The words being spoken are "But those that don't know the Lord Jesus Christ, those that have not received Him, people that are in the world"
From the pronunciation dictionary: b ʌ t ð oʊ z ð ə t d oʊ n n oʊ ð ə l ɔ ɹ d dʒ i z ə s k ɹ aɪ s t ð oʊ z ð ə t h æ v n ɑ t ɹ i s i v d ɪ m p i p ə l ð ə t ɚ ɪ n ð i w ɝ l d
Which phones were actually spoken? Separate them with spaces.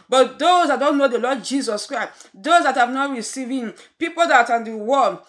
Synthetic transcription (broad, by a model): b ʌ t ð oʊ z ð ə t d oʊ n n oʊ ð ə l ɔ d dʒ i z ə s k ɹ aɪ s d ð oʊ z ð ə t h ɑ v n ɑ t ɹ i s i v ɪ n p i p ə l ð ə t ɪ n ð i w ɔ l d